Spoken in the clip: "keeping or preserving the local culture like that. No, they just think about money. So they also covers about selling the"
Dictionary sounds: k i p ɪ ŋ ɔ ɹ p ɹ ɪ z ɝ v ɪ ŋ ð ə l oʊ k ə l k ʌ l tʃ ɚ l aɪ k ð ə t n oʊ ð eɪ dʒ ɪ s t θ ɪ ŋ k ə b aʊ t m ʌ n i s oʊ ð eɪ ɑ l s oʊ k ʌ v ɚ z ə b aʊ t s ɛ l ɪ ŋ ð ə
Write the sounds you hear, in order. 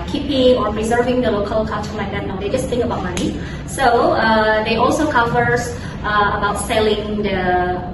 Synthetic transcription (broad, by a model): k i p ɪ ŋ ɔ ɹ p ɹ ɪ z ɝ v ɪ ŋ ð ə l oʊ k ə l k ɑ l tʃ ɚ l aɪ k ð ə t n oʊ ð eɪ dʒ ɪ s t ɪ ŋ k ə b aʊ t m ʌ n i s oʊ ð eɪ ɑ l s oʊ k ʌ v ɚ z ə b aʊ t s ɛ l ɪ ŋ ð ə